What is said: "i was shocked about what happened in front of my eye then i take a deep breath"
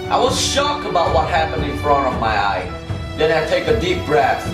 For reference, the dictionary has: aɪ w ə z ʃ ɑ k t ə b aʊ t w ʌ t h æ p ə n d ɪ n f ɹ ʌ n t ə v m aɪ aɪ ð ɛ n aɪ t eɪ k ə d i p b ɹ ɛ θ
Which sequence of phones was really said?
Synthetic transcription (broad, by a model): aɪ w ə z ʃ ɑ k ə b aʊ t w ʌ t h æ p ə n d ɪ n f ɹ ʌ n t ə v m aɪ aɪ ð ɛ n aɪ t eɪ k ə d i p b ɹ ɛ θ